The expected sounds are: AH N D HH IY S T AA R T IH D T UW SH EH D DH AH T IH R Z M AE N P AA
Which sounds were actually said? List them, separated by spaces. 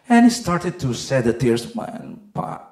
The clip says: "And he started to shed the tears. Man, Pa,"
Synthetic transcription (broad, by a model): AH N HH IY S T AA R T IH D T UW S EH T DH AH T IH R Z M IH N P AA